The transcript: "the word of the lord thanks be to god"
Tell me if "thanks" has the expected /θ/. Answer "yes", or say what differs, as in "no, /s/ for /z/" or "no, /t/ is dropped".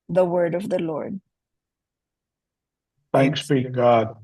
yes